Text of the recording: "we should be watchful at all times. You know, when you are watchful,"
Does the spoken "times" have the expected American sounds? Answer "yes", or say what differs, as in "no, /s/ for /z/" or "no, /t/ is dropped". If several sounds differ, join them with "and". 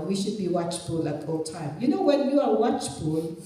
no, /z/ is dropped